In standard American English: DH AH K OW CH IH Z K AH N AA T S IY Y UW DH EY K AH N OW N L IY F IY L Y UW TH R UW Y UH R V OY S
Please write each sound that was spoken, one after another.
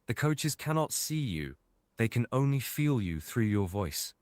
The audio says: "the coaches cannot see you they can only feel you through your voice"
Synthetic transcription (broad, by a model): DH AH K OW CH IH Z K AH N AA T S IY Y UW DH EY K AH N OW N L IY F IY L Y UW TH R UW Y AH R V OY S